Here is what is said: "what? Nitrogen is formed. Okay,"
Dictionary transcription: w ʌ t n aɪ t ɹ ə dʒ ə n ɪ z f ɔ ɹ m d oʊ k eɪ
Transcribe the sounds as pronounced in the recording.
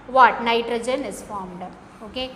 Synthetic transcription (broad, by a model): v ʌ t n aɪ t ɹ ə dʒ ə n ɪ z f ɔ ɹ m d oʊ k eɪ